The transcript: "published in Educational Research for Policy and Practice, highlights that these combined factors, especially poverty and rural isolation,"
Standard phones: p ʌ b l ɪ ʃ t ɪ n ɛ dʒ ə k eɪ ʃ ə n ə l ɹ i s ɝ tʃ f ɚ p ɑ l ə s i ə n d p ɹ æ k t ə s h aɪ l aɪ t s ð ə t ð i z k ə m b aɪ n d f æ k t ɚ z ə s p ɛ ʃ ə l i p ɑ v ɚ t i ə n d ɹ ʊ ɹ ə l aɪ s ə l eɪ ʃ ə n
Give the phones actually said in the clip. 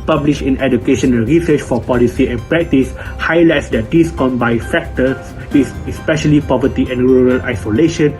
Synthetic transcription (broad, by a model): p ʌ b l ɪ ʃ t ɪ n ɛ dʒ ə k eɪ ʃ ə n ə l ɹ i s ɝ tʃ f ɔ p ɑ l ə s i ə n p ɹ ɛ k t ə s h aɪ l aɪ t s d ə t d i s k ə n b aɪ f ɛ k t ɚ s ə s p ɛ ʃ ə l i p ɑ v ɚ t i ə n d ɹ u ɹ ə l aɪ s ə l eɪ ʃ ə n